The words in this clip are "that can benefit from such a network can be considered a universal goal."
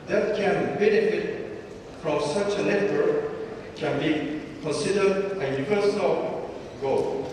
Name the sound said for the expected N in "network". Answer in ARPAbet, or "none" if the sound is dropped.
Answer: L